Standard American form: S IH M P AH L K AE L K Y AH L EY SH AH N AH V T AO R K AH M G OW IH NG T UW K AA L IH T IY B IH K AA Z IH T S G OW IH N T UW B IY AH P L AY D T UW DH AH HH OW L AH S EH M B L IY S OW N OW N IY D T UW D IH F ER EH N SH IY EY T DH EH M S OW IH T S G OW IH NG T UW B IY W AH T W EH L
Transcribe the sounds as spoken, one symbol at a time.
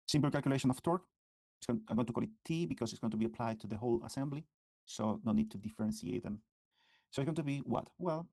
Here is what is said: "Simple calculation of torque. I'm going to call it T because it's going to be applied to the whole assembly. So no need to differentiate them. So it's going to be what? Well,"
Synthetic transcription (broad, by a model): S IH M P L K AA L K Y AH L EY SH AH N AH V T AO R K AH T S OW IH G T UW K AA L IH T IY B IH K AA S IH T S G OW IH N T UW B IY AH P L AY D T UW DH AH HH OW L AH S EH M B L IY S OW N OW N IY D T UW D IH F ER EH N S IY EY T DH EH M S OW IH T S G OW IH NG T UW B IY W AH T W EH L